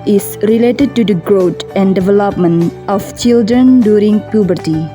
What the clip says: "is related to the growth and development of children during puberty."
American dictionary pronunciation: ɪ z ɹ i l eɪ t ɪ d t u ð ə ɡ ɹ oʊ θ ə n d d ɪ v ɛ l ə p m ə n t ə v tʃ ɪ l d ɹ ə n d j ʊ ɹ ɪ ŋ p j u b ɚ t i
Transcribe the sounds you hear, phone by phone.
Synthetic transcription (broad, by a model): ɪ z ɹ i l eɪ t ɪ d t u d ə ɡ ɹ oʊ t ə n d d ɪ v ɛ l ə p m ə n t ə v tʃ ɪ l d ɹ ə n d j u ɹ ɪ ŋ p j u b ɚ t i